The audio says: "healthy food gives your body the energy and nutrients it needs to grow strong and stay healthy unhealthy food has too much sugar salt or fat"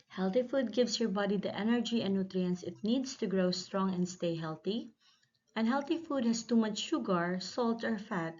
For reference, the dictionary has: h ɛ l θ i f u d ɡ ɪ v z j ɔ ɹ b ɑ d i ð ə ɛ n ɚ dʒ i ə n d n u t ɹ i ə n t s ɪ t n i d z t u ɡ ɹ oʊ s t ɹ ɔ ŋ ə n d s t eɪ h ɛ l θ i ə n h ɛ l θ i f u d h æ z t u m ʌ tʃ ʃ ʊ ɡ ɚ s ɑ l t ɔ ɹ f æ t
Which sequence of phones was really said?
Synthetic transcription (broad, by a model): h ɛ l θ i f u d ɡ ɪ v s j ɔ ɹ b ɑ d i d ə ɛ n ɚ dʒ i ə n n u t ɹ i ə n s ɪ t n i d s t u ɡ ɹ oʊ s t ɹ ɔ ŋ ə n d s t eɪ h ɛ l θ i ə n h ɛ l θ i f u d h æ s t u m ʌ tʃ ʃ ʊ ɡ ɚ s ɑ l t ɔ ɹ f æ t